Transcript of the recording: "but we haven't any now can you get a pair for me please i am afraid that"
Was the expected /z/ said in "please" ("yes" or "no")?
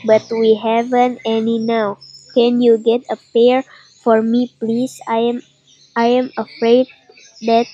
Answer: no